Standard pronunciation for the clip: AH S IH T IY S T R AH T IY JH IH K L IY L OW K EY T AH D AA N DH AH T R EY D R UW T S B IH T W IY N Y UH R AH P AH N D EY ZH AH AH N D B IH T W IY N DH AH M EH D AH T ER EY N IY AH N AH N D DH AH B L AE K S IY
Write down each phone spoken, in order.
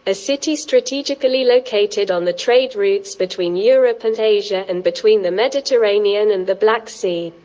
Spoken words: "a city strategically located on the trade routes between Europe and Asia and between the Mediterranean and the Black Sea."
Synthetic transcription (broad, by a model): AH S IH T IY S T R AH T IY JH IH K L IY L OW K EY T AH D N DH AH T R EY D R UW T S B IH T W IY N Y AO R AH P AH N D EY ZH AH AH N B IH T W IY N DH AH M EH D AH T ER EY N IY AH N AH N DH AH B L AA K S IY